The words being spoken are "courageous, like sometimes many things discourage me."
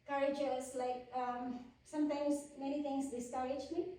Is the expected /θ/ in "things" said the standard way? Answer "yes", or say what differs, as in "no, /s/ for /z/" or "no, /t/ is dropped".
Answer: no, /t/ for /θ/